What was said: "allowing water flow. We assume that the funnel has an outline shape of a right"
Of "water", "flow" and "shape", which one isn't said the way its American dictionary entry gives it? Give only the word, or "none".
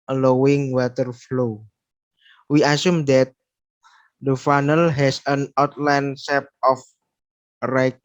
shape